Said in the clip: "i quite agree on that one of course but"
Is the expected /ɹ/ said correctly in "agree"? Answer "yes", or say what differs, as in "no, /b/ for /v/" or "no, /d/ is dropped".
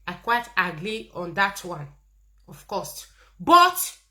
no, /l/ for /ɹ/